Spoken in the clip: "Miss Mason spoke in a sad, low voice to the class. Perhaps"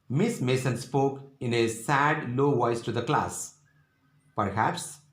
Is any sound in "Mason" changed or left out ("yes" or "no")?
no